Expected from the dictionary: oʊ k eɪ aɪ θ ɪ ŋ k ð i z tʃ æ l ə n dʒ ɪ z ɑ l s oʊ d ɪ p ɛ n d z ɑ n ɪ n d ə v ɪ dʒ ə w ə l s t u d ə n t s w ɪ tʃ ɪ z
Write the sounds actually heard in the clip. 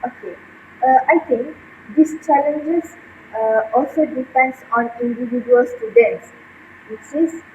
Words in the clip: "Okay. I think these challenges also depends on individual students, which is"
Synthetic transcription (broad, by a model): oʊ k eɪ aɪ t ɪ ŋ k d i s tʃ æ l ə n dʒ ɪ s ɑ l s oʊ d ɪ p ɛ n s ɑ n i n d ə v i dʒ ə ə l s t u d ə n t s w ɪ s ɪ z